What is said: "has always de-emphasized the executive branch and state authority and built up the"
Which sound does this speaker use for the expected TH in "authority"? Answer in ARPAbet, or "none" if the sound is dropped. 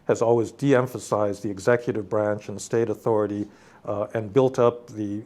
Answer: TH